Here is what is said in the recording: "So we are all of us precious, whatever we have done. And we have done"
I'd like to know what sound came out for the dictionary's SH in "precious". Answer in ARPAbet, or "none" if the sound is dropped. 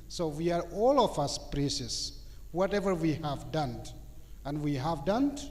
S